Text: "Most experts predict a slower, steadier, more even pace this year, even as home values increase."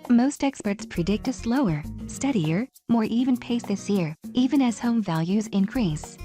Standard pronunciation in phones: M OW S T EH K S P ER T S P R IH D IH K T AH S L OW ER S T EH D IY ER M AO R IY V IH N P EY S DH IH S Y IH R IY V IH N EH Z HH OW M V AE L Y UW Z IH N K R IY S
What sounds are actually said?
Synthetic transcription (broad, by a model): M OW S T EH K S P ER T S P R IH D IH K T AH S L OW ER S T EH D IY ER M AO R IY V IH N P EY S DH IH S Y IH R IY V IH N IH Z HH OW M V AE L Y UW Z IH N K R IY S